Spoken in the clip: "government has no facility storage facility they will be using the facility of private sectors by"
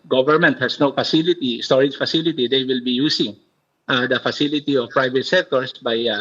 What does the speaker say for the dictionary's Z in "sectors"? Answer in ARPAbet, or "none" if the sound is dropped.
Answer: S